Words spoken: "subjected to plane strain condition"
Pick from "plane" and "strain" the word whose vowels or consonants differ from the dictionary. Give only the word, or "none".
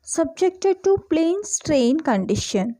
none